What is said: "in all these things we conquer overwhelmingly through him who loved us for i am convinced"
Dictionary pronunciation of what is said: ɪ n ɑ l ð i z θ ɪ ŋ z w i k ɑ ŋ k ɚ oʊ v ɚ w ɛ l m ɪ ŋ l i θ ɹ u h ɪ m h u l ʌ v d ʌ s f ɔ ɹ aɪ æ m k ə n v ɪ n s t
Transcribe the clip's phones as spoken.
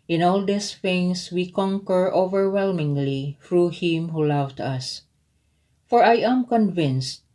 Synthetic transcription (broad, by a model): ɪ n ɑ l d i s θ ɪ ŋ s w i k ɑ ŋ k ɚ oʊ v ɚ w ɛ l m ɪ ŋ l i θ ɹ u h ɪ m h u l ʌ v d ʌ s f ɔ ɹ aɪ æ m k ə n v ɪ n s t